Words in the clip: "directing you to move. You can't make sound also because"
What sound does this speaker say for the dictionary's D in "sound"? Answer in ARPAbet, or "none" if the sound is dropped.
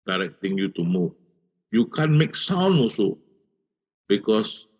none